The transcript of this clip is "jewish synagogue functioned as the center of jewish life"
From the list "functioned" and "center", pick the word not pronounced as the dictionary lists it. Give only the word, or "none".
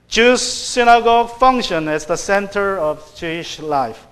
functioned